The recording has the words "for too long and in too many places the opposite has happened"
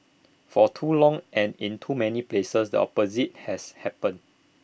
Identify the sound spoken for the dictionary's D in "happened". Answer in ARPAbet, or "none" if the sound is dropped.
none